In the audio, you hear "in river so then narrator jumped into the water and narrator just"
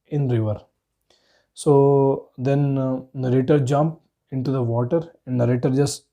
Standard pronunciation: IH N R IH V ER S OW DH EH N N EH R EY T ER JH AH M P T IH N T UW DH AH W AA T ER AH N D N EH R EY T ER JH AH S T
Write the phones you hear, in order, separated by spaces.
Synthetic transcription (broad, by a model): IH N R IH V ER S OW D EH N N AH R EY T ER JH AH M P IH N T UW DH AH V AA T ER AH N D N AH R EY T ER JH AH S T